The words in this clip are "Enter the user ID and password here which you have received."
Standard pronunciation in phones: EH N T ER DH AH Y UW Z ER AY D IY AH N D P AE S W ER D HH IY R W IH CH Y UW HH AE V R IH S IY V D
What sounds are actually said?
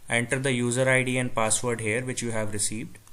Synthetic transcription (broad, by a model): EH N T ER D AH Y UW Z ER AY D IY AH N D P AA S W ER D HH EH R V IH CH Y UW HH AE V R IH S IY V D